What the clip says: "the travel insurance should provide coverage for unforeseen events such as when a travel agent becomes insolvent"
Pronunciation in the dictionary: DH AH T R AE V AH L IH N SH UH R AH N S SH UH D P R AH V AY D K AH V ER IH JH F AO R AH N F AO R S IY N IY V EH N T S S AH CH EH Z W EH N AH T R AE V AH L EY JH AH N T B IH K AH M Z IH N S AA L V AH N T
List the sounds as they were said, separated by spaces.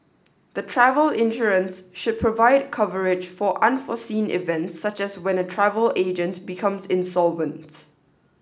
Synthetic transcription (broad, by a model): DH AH T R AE V AH L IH N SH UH R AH N S SH UH D P R AH V AY D K AH V ER IH JH F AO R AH N F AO S IY N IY V EH N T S S AH CH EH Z W EH N AH T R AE V AH L EY JH AH N T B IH K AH M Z IH N S AA L V AH N T